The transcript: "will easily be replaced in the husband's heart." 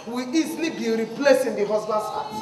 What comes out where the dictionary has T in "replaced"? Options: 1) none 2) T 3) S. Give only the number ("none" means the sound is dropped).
1